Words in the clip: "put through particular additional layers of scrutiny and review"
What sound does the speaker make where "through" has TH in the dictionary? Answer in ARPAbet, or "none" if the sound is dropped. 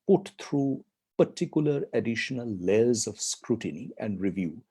T